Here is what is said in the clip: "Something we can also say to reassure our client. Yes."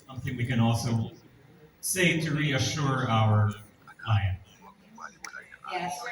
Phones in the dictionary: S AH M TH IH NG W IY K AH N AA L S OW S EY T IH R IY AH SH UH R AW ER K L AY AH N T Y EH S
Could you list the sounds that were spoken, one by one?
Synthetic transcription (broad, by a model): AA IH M TH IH NG W IY K AH N AA L S OW S EY T IH R IY AH SH UH R AW ER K AY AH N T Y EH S